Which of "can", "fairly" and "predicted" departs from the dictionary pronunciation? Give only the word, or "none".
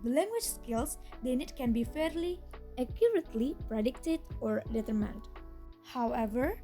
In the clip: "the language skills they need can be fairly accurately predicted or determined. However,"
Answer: none